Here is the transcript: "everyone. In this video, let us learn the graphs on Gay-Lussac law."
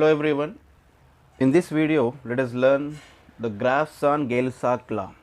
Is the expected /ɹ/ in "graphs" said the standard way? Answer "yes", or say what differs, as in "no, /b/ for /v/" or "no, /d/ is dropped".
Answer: yes